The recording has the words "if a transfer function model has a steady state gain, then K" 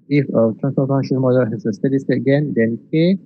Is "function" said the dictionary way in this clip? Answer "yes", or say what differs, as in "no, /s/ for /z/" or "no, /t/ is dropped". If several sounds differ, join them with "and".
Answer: no, /k/ is dropped